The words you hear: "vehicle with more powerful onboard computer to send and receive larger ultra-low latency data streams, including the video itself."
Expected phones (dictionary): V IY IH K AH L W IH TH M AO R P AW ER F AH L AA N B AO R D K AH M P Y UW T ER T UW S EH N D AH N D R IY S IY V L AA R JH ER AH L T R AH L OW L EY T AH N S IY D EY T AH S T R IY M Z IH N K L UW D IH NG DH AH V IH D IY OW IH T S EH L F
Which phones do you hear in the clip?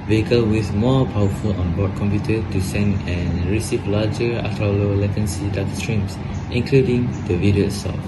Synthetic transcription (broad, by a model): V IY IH K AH L W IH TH M AO P AW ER F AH L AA N B AO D K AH M P Y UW T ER T UW S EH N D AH N R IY S IY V L AA JH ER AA T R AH L OW L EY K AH N S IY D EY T S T R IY M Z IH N K L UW D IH NG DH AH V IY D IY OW S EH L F